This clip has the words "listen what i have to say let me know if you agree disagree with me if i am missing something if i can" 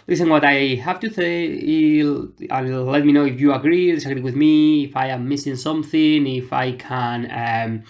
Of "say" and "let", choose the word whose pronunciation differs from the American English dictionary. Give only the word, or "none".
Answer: say